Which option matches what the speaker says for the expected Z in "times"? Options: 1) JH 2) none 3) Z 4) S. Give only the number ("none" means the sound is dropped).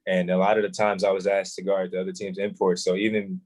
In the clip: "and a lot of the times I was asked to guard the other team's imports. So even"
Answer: 3